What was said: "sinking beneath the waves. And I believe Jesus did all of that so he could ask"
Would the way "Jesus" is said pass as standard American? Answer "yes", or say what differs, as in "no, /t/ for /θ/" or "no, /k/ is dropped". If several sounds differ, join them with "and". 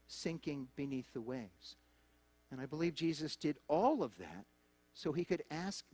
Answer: yes